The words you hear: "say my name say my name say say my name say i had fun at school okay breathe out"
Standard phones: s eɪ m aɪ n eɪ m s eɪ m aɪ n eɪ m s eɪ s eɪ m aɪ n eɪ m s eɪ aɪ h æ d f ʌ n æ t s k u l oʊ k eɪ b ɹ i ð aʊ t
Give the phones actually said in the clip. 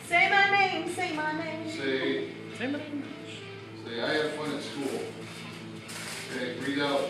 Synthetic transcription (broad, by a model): s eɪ m aɪ n eɪ m s eɪ m aɪ n eɪ m s eɪ s eɪ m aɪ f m s eɪ aɪ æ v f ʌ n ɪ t s k u l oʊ eɪ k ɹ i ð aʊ